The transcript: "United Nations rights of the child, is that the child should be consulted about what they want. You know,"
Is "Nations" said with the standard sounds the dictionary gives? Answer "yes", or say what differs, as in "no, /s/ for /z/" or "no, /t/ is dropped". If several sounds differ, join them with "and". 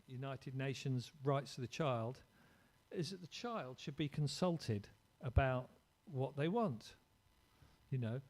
yes